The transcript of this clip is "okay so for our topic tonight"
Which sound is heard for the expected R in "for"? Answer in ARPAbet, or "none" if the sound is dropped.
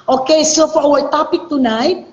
W